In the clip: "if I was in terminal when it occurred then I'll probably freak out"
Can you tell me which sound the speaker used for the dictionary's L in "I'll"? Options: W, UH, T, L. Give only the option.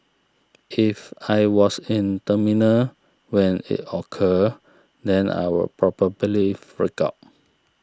W